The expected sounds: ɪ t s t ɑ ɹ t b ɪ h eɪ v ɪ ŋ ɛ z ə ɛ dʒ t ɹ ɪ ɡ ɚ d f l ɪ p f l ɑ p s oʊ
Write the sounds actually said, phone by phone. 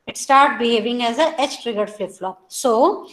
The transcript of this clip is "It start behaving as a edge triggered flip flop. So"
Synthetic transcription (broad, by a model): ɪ t s t ɑ ɹ t b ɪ h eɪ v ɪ ŋ ɛ z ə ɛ tʃ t ɹ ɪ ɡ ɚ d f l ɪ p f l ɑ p s oʊ